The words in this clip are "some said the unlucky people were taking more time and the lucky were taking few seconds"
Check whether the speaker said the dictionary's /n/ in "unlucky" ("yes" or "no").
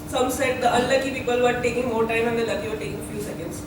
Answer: no